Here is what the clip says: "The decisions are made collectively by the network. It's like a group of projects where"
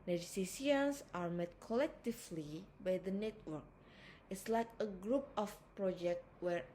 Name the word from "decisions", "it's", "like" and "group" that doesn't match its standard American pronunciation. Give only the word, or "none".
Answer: decisions